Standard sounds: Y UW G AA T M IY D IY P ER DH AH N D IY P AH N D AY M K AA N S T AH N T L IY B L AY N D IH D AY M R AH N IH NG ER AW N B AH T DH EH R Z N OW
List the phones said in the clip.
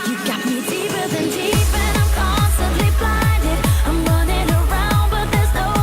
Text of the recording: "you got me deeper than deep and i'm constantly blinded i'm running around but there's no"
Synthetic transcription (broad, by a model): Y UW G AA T M IY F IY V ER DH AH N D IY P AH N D AY M K AA N S T AH N T L IY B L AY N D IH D AY M W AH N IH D ER AW N B AH T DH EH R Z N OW